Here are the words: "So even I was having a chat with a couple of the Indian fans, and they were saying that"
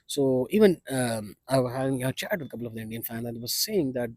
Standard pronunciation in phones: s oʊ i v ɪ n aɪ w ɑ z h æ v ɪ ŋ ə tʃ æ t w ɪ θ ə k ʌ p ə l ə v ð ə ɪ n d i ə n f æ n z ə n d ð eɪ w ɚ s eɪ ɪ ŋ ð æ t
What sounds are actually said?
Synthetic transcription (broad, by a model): s oʊ i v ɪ n aɪ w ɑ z h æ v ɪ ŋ ə tʃ æ t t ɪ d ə k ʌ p l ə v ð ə ɪ n d i ə n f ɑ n ə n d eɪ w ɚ s eɪ ɪ ŋ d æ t